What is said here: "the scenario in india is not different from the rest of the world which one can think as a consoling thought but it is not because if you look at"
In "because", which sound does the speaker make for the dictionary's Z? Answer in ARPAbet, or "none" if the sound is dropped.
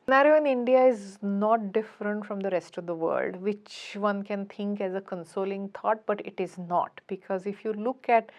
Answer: Z